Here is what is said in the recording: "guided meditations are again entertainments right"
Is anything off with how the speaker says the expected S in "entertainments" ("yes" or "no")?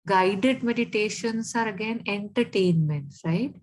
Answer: yes